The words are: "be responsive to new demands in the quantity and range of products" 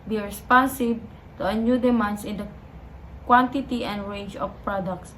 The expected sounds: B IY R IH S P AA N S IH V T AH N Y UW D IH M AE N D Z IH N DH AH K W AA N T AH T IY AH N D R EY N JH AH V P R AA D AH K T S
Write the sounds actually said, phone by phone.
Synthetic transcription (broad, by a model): B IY R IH S P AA N S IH B T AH N Y UW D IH M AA N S IH N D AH K W AA N T AH T IY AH N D R EY N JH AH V P R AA D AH K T S